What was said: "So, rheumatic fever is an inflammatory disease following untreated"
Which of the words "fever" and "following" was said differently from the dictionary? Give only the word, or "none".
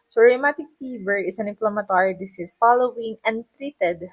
fever